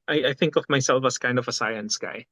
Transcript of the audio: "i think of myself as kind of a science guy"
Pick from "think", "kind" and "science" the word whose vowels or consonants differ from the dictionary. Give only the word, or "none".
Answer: none